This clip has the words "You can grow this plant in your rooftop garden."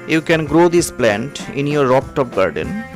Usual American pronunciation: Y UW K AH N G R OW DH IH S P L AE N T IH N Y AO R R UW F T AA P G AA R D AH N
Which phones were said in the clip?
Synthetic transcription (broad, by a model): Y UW K AH N G R OW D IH S P L AE N T IH N Y AO R R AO P T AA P G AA R D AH N